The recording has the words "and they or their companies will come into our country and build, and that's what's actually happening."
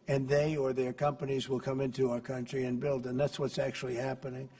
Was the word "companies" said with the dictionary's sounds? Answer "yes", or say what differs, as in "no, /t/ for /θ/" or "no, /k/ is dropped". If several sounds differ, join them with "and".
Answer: yes